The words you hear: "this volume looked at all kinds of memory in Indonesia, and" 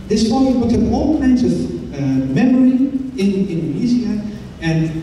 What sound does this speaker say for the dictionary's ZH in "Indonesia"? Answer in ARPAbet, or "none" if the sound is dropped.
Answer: Z